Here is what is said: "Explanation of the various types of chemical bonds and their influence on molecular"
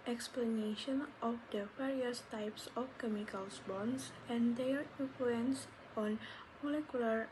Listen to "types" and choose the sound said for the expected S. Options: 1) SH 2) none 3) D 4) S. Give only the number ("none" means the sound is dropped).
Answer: 4